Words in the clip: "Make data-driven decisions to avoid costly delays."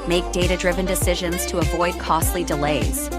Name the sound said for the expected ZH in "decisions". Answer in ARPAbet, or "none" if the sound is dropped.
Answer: ZH